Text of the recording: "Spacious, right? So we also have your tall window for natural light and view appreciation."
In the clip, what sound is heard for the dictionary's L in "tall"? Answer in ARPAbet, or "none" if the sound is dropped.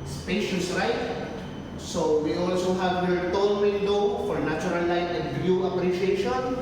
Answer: N